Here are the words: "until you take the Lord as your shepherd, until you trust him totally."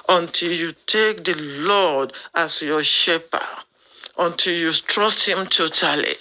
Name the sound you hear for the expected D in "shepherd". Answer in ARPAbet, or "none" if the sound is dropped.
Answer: none